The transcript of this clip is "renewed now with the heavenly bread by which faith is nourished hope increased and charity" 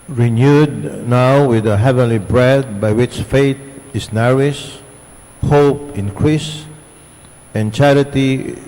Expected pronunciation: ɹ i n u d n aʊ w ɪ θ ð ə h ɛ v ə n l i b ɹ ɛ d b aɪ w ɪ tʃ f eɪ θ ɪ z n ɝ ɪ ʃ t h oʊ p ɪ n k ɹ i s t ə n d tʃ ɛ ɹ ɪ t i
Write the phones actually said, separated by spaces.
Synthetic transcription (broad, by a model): ɹ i n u d n aʊ w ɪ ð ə h ɛ v ə n l i b ɹ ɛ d b aɪ w ɪ tʃ f eɪ t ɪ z n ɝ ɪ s h oʊ p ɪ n k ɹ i s ə n tʃ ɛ ɹ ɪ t i